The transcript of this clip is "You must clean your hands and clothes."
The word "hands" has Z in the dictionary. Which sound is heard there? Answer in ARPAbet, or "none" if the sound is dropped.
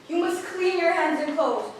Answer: Z